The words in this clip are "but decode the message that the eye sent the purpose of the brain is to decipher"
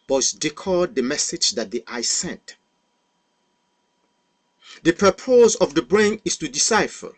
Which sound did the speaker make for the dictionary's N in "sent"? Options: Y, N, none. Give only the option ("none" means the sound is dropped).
N